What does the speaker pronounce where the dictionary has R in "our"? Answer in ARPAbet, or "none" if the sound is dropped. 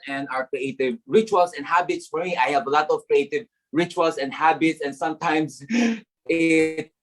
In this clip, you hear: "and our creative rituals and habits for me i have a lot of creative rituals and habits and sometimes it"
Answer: R